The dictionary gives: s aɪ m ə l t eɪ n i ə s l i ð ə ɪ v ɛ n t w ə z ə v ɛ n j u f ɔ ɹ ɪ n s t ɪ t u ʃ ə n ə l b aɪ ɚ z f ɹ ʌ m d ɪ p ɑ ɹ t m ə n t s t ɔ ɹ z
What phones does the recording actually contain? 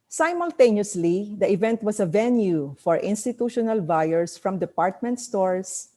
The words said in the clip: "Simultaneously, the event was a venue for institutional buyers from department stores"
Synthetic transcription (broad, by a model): s aɪ m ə l t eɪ n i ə s l i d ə ɪ v ɛ n t w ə s ə v ɛ n j u f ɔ ɹ ɪ n s t ɪ t u ʃ ə n ə l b aɪ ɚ s f ɹ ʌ m d ɪ p ɑ ɹ t m ə n t s t ɔ ɹ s